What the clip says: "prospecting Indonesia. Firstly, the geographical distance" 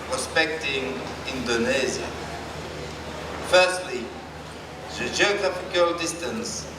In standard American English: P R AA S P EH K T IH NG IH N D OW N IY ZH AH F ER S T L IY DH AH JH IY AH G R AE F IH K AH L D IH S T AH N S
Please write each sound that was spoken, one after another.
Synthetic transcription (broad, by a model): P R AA S P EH K T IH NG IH N D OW N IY Z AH F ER S T L IY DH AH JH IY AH G R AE F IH K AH L D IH S T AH N S